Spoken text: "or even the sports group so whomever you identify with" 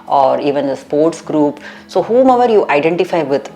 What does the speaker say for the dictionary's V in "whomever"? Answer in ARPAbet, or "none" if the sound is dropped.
V